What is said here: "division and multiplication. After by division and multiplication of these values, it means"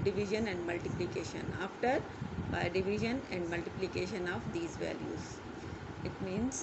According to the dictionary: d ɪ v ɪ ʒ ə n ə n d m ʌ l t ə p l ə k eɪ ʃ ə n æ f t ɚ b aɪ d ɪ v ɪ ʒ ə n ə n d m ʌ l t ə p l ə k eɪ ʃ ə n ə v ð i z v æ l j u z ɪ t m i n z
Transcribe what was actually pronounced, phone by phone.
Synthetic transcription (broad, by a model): d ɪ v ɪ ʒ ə n ə n d m ʌ l t ə p l ə k eɪ ʃ ə n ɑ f t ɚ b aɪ d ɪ v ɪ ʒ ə n ə n d m ʌ l t ə p l ə k eɪ ʃ ə n ə v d i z v æ l j u z ɪ t m i n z